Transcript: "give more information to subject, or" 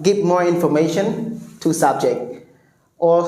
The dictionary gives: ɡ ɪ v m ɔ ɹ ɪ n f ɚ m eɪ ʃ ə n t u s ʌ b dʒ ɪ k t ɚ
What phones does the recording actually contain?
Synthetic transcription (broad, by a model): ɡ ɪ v m ɔ ɹ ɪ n f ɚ m eɪ ʃ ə n t u s ʌ b dʒ ɪ k t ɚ